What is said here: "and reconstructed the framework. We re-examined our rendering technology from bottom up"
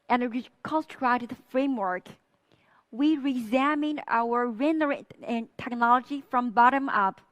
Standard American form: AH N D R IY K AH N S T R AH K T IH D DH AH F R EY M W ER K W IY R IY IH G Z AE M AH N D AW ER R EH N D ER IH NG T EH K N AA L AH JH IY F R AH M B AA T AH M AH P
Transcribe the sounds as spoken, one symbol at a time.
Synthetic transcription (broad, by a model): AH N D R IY K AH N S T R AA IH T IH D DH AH F R EY M W ER K W IY R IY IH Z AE M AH N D AW ER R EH N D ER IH T EH K N AA L AH JH IY F R AH M B AA T AH M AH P